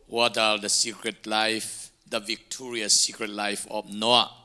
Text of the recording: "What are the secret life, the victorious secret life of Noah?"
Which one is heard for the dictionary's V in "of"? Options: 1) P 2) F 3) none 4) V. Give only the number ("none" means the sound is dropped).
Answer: 1